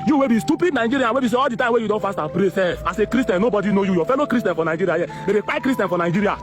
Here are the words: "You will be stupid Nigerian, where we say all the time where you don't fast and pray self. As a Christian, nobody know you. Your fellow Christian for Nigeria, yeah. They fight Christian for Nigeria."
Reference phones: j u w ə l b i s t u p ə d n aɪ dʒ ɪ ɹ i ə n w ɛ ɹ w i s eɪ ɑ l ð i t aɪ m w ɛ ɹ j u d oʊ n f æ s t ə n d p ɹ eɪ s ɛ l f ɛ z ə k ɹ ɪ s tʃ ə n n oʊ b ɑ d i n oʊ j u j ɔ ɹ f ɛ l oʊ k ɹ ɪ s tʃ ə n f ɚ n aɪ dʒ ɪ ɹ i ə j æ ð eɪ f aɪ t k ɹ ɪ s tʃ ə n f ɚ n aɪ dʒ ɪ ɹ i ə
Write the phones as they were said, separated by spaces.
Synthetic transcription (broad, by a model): j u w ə b i s t u p ə d n aɪ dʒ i ɹ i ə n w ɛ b i s eɪ ɑ l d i t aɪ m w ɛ j u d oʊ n f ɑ s t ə p ɹ eɪ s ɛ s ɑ s ə k ɹ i s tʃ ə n n oʊ b ɑ d i n oʊ j u j ɔ f ɛ l oʊ k ɹ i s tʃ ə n f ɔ n aɪ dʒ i ɹ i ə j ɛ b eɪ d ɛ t k ɹ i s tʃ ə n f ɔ n aɪ dʒ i ɹ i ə